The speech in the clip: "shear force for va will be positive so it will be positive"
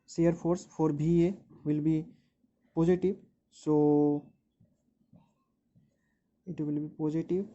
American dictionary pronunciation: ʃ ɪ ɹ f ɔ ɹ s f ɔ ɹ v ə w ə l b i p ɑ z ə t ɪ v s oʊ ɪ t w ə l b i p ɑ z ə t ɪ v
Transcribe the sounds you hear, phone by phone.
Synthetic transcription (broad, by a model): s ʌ ɹ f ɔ ɹ s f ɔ ɹ b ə w ə l b i p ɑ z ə t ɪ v s oʊ ɪ t w ə l b i p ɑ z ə t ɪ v